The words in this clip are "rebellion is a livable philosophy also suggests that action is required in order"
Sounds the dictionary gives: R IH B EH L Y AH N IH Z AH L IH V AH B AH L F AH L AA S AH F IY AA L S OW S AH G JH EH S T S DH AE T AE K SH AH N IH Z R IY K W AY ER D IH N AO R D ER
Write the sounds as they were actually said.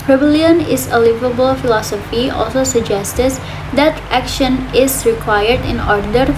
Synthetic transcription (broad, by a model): R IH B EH L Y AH N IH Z AH L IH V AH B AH L F AH L AA S AH F IY AA L S OW S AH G JH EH S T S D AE T AE K SH AH N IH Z R IY K W AY ER D IH N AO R D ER